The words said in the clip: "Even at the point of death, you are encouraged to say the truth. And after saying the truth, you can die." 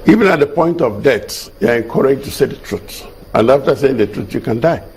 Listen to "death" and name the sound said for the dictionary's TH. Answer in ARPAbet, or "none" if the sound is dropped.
S